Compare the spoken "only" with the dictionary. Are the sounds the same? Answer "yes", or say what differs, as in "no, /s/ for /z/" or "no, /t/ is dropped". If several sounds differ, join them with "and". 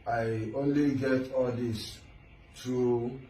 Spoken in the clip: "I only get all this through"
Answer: yes